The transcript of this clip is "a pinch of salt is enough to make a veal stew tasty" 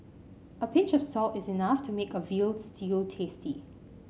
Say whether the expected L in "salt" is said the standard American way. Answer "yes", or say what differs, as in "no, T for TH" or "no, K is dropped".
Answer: yes